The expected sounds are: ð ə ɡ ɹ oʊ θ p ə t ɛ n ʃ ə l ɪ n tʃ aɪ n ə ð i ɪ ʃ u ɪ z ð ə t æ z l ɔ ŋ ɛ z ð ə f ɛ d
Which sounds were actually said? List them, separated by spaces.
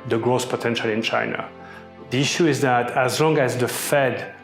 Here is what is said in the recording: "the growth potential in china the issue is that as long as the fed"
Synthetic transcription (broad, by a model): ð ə ɡ ɹ oʊ s p ə t ɛ n ʃ ə l ɪ n tʃ aɪ n ə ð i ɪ ʃ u ɪ z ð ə t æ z l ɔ ŋ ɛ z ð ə f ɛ d